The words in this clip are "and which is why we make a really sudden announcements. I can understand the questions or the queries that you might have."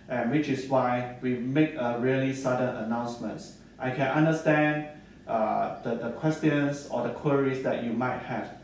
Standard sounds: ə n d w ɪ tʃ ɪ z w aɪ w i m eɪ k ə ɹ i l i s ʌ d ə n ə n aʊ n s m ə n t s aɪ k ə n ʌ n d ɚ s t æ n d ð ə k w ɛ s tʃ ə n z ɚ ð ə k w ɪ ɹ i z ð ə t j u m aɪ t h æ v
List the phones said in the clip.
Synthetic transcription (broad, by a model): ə n w ɪ tʃ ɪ s w aɪ w i m eɪ k ə ɹ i l i s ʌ d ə n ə n aʊ n s m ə n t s aɪ k ə n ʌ n d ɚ s t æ n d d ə k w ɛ s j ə n s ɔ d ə k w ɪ ɹ i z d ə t j u m aɪ t h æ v